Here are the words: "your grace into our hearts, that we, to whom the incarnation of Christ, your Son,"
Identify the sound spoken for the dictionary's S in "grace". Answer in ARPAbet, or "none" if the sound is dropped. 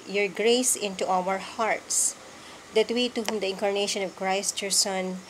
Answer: S